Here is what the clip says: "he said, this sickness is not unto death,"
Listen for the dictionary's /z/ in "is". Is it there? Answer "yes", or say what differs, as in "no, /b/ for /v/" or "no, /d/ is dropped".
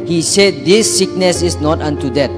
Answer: no, /s/ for /z/